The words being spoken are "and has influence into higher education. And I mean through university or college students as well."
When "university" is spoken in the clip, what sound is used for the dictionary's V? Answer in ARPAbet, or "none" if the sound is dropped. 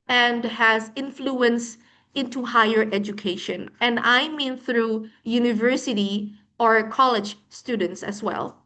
V